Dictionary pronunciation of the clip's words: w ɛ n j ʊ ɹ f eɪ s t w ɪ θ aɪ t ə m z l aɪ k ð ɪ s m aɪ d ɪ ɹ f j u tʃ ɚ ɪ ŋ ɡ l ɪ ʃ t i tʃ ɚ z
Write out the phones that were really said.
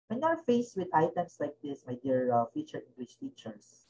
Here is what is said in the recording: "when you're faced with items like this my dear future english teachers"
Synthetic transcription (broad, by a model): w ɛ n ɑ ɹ f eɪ s w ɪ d aɪ t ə m s l aɪ k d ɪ s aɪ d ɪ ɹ f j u tʃ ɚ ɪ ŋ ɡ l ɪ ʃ t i tʃ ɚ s